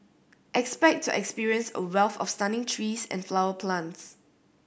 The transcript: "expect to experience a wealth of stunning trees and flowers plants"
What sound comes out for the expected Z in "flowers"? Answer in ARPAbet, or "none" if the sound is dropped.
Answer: none